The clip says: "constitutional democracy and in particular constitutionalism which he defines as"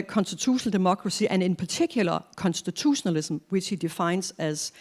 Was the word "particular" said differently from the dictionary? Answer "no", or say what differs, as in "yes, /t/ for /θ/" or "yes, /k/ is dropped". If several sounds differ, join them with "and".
yes, /s/ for /t/